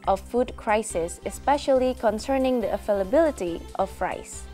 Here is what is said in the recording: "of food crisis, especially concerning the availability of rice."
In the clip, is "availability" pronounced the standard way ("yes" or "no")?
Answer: no